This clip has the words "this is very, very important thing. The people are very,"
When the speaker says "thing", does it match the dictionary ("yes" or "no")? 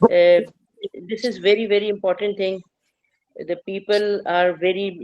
no